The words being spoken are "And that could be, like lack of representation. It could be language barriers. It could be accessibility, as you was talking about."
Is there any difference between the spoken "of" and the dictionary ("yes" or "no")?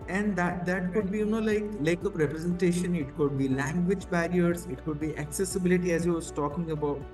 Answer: yes